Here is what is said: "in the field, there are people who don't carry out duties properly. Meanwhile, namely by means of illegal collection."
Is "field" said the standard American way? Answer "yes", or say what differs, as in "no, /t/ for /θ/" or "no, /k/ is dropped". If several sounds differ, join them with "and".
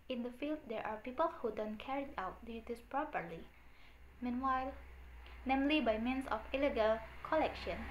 yes